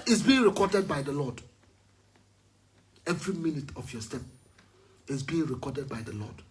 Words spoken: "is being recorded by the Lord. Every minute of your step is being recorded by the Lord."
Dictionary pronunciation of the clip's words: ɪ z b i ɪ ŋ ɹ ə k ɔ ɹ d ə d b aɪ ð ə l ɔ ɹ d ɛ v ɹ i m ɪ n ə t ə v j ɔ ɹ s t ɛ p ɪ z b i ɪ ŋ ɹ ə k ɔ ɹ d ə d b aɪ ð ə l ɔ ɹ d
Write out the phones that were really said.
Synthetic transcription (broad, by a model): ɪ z b i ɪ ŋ ɹ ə k ɔ d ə d b aɪ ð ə l ɔ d ɛ v ɹ i m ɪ n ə t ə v j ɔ s t ɛ p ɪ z b i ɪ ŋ ɹ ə k ɔ d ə d b aɪ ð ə l ɔ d